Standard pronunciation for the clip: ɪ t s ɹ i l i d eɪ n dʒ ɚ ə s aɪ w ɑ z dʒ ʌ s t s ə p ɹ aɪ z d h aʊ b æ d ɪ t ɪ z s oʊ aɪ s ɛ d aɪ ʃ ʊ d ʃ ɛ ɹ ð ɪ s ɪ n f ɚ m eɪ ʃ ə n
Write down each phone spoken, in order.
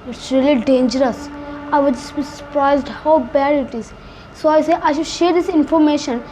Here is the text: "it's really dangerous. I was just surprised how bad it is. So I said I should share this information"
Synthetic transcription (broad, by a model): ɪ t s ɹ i l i d eɪ n dʒ ɚ ə s aɪ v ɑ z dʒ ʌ s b s ə p ɹ aɪ z d h aʊ b æ d ɪ t ɪ z s oʊ aɪ s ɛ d aɪ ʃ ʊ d ʃ ɛ ɹ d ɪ s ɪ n f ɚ m eɪ ʃ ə n